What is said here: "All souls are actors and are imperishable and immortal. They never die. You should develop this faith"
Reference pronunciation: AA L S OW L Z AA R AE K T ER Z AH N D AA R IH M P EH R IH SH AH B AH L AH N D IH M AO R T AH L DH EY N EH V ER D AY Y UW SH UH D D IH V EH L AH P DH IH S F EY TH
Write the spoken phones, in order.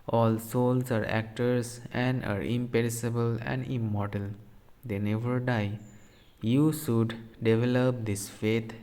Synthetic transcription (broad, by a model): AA L S OW L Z AA R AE K T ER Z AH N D AA R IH M P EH R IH S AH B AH L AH N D IH M AO R T AH L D EY N EH V ER D AY Y UW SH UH D D IH V EH L AH P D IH S F EY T